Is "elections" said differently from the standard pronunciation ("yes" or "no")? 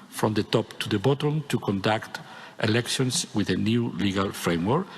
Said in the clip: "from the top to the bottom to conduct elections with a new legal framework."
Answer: yes